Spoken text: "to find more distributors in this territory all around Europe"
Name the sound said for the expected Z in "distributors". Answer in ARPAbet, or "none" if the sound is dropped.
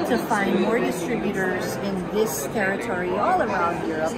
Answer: Z